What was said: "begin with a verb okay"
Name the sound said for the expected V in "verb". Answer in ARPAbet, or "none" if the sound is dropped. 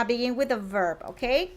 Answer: V